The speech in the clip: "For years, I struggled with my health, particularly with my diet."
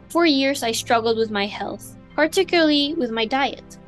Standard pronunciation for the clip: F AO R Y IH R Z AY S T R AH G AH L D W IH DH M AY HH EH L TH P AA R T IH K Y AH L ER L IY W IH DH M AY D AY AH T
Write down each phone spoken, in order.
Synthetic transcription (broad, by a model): F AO R Y IH R Z AY S T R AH G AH L D W IH DH M AY HH EH L TH P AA R T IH K Y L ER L IY W IH DH M AY D AY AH T